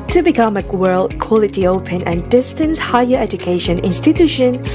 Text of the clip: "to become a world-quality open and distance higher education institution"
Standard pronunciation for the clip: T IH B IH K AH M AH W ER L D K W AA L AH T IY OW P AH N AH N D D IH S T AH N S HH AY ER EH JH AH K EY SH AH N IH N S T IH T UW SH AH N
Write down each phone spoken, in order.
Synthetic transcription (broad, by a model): T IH B IH K AH M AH W ER L D K W AA L AH T IY OW P AH N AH N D D IH S T AH N S HH AY ER EH JH AH K EY SH AH N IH N S T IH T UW SH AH N